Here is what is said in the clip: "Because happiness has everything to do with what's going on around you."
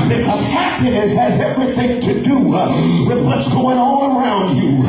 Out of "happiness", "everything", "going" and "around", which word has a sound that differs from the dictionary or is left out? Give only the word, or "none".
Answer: none